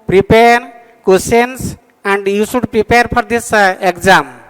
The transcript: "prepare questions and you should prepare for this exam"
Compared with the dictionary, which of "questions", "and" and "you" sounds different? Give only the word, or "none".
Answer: questions